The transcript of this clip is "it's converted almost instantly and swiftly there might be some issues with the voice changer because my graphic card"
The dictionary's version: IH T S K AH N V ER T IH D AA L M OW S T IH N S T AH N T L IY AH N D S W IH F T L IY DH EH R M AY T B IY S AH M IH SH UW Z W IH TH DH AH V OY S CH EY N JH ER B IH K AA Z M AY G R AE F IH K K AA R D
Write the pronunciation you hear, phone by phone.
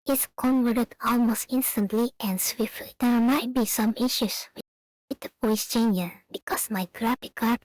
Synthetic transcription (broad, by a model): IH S K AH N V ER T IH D AA L M OW S T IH N S T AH N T L IY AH N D S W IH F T L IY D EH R M AY T B IY S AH M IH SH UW S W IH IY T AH P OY S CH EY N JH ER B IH K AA S M AY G R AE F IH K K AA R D